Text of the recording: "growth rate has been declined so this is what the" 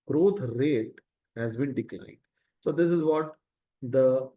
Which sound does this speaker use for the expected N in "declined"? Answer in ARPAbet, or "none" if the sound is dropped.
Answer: none